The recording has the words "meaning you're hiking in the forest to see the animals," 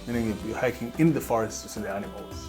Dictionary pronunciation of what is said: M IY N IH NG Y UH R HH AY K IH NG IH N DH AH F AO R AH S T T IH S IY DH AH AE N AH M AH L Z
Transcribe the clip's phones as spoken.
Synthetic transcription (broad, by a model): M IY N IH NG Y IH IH HH AY K IH NG IH N DH AH F AO R AH S T S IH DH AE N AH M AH L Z